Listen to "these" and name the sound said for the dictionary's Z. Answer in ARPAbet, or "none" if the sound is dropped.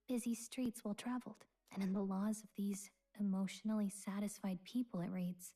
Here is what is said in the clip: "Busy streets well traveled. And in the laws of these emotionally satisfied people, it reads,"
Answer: Z